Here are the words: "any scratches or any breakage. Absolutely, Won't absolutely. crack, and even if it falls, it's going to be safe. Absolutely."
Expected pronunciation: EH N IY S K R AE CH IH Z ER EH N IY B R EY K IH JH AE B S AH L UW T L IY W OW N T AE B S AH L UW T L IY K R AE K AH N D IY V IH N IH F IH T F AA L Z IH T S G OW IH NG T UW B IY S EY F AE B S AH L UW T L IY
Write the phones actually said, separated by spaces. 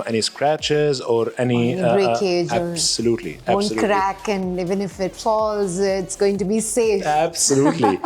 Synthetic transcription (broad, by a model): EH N IY S K R AE CH IH Z ER EH N IY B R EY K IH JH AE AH S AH L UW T L IY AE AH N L K R AE K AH N IY V IH N IH F IH T F AA L Z IH T S G OW IH NG T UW B IY S EY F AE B S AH L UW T L IY